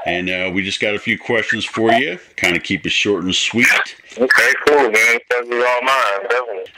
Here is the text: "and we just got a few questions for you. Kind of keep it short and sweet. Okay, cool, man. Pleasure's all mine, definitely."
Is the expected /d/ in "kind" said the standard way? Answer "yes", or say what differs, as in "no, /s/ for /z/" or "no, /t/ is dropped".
yes